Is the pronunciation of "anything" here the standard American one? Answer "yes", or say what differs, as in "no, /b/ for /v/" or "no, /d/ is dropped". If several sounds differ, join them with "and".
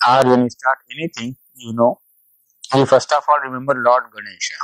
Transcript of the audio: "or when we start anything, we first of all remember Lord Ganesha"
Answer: no, /t/ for /θ/